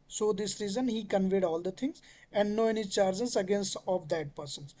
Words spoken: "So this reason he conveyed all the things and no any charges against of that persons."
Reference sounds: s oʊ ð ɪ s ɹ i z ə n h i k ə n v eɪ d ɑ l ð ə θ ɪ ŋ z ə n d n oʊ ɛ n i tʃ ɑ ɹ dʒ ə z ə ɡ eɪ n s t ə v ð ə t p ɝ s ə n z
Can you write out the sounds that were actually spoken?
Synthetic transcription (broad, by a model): s oʊ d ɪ s ɹ i z ə n h i k ə n v eɪ d ɑ l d ə t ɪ ŋ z ə n d n oʊ ɛ n i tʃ ɑ ɹ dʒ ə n ə ɡ eɪ n s t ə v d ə t p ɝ s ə n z